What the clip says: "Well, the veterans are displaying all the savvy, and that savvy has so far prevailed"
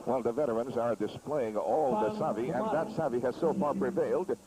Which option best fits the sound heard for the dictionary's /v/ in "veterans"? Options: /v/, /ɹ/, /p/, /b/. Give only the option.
/v/